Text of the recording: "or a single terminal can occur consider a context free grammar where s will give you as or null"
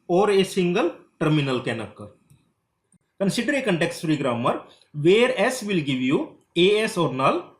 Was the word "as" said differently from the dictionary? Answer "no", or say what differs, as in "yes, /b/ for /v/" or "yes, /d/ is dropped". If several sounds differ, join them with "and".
yes, /s/ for /z/